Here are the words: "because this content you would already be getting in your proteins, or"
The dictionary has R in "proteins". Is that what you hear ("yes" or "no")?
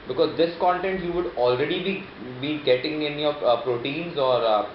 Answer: yes